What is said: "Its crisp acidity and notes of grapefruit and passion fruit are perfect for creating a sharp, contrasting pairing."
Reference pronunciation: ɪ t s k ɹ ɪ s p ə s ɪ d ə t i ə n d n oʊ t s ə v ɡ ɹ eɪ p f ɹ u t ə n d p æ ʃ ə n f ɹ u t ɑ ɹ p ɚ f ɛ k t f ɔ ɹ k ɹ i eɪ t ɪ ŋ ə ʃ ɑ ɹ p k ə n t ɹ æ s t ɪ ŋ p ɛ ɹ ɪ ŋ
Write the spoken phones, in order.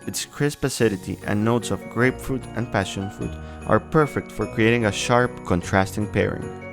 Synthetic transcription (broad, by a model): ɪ t s k ɹ ɪ s p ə s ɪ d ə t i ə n n oʊ t s ə v ɡ ɹ eɪ p f ɹ u t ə n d p æ ʃ ə n f ɹ u t ɑ ɹ p ɚ f ɛ k t f ɔ ɹ k ɹ i eɪ t ɪ ŋ ə ʃ ɑ ɹ p k ə n t ɹ æ s t ɪ ŋ p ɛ ɹ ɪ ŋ